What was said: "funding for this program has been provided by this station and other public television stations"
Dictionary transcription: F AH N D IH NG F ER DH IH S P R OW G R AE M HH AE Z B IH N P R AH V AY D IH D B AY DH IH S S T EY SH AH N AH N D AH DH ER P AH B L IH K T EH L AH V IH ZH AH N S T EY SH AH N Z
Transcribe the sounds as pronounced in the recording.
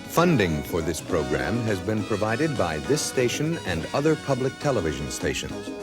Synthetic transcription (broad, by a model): F AH N D IH NG F ER DH IH S P R OW G R AE M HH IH Z B IH N P R AH V AY D IH D B AY DH IH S S T EY SH AH N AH N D AH DH ER P AH B L IH K T EH L AH V IH ZH AH N S T EY SH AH N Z